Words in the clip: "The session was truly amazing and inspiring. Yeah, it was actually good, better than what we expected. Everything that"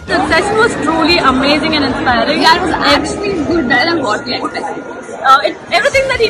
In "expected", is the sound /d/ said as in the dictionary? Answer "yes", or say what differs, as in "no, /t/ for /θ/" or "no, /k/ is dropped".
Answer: no, /d/ is dropped